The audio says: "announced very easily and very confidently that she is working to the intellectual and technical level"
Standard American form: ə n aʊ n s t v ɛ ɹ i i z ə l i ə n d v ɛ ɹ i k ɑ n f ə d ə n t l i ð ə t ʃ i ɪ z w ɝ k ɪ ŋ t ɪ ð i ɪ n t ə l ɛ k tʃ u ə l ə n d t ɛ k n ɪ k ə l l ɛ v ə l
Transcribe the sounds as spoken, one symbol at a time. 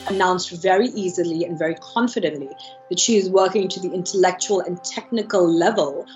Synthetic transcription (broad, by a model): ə n aʊ n s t v ɛ ɹ i i z ə l i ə n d v ɛ ɹ i k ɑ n f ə d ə n t l i ð ə t ʃ i ɪ z w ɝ k ɪ ŋ t ɪ ð i ɪ n t ə l ɛ k tʃ u ə l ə n t ɛ k n ɪ k ə l l ɛ v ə l